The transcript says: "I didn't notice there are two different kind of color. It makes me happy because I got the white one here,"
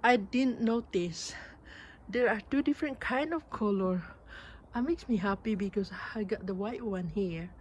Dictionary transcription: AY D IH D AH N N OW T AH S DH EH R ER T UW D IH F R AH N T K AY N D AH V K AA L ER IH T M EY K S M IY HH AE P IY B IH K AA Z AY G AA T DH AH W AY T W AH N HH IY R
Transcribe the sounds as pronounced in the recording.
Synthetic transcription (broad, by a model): AY D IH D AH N N OW T AH S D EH R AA T UW D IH F R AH N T K AY N D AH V K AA L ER IH T M EY K S M IY HH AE P IY B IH K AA S AY G AA T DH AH W AY T W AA N HH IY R